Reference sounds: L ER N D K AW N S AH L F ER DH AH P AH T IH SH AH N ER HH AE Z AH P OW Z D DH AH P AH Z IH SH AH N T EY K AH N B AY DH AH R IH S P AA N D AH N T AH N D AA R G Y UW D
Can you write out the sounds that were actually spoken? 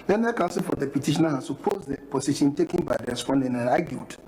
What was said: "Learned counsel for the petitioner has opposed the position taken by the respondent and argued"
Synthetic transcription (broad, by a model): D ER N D K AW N S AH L F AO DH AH P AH T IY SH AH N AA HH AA S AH P OW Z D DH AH P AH S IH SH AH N T EY K AH N B AY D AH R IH S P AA N D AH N AH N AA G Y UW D